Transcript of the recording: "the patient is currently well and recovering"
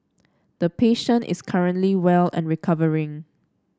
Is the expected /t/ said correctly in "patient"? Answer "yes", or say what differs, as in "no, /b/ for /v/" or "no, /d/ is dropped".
yes